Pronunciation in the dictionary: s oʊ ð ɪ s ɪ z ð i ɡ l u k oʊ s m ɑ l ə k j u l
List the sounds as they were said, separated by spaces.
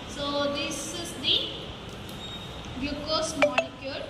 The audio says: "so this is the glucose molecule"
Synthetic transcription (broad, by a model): s oʊ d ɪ s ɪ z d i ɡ u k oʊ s m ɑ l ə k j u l